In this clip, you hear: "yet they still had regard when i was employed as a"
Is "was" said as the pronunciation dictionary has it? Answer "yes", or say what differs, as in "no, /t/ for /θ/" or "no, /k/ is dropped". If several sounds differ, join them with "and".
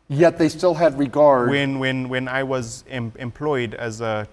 yes